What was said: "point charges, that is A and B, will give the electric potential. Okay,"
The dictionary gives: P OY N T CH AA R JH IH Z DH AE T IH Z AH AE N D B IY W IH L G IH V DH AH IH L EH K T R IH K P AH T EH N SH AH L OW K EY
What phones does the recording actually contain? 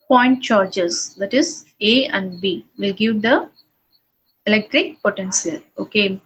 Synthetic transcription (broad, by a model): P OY N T CH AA R JH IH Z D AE T IH Z AH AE N D B IY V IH L G IH V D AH IH L EH K T R IH K P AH T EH N S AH L OW K EY